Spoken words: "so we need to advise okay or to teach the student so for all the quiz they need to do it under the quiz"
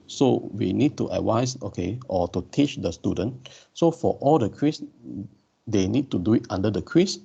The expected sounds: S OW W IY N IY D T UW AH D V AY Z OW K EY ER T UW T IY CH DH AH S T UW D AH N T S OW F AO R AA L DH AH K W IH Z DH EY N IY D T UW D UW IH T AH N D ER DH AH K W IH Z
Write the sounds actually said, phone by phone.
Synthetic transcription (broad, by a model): S OW W IY N IY D T UW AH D W AY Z OW K EY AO T UW T IY CH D AH S T UW D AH N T S OW F AO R AA L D AH K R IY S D EY N IY D T UW D UW IH T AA N D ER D AH K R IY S